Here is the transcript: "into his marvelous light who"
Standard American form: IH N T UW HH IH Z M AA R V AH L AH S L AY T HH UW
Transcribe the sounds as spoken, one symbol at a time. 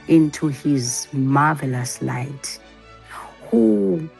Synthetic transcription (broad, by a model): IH N T UW HH IH Z M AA V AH L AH S L AY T HH UW